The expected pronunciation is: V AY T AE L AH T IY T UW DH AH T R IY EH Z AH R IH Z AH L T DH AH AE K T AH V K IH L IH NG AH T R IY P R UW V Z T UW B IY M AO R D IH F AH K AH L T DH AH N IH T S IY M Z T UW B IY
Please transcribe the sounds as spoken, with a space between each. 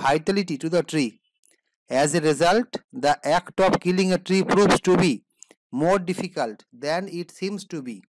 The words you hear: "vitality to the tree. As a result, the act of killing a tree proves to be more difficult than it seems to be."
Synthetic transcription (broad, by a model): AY T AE L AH T IY T UW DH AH T R IY EH Z AH R IH Z AH L T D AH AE K T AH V K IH L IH NG AH T R IY P R UW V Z T UW B IY M AO R D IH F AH K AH L T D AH N IH T S IY M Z T UW B IY